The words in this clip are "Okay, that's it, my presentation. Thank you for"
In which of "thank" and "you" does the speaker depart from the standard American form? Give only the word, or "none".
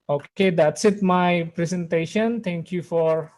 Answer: thank